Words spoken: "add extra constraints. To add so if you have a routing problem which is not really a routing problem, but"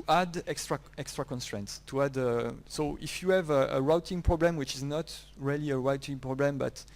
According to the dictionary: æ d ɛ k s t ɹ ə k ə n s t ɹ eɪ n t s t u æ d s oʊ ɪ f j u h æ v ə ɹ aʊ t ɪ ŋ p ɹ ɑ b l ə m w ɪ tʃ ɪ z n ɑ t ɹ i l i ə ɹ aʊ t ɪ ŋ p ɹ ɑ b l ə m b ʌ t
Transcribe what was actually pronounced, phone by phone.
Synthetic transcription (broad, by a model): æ d ɛ k s t ɹ ə k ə n s t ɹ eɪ n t s t u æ d s oʊ ɪ f j u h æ v ə ɹ aʊ t ɪ ŋ p ɹ ɑ b l ə m w ɪ tʃ ɪ z n ɑ t ɹ i l i ə ɹ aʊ t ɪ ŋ p ɹ ɑ b l ə m b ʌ t